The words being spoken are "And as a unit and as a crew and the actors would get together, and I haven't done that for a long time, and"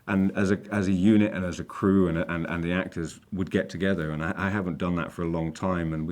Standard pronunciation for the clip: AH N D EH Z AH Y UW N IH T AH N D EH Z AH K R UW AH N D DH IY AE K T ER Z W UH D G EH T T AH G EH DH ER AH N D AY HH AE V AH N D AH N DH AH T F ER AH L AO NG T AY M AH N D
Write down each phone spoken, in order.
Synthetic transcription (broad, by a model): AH N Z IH Z AH Y UW N IH T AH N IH Z AH K R UW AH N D DH IY AE K T ER Z W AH D G EH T T AH G EH DH ER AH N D AY HH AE V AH N D AH N DH AH T F ER AH L AO NG T AY M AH N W